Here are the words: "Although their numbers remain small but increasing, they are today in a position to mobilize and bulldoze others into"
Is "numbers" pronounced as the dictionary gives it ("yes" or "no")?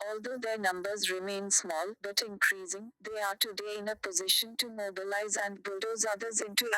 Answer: yes